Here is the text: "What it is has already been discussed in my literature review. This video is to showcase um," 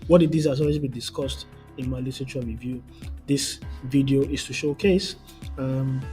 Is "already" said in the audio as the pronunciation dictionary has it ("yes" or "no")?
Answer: no